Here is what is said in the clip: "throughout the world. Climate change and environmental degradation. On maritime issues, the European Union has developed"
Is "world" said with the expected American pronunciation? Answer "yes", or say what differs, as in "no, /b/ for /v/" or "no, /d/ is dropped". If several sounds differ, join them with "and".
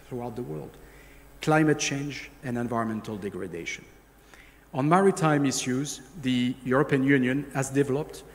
yes